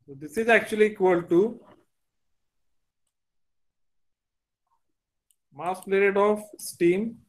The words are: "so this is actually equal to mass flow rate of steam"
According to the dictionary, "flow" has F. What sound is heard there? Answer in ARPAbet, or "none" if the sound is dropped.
P